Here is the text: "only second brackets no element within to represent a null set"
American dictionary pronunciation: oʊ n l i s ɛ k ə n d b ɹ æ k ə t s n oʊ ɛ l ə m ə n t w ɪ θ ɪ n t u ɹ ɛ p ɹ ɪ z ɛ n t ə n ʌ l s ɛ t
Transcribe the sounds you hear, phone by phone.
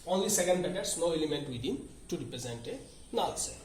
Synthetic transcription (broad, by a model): oʊ n l i s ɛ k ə n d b ɛ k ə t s n oʊ ɛ l ə m ə n t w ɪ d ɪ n t u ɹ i p ɹ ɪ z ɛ n t ə n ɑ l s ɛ